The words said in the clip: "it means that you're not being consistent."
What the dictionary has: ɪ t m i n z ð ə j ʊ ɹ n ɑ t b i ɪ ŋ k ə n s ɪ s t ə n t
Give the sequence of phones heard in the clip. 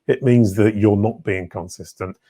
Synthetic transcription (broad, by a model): ɪ t m i n z ð ə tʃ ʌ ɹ n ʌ t b i ɪ ŋ k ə n s ɪ s t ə n t